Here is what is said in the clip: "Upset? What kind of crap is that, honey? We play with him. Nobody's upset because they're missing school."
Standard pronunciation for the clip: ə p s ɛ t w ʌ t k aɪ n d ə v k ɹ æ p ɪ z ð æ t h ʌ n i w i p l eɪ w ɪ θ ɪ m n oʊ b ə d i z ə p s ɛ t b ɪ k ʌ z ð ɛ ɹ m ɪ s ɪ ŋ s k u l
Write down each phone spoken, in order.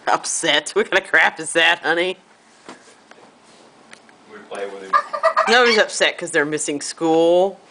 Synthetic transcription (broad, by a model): ə p s ɛ t w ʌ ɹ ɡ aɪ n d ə k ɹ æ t ɪ z ð æ t h ʌ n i i p l eɪ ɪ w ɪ n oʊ ə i z ə p s ɛ t k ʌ z ð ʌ ɹ m ɪ s ɪ ŋ s k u l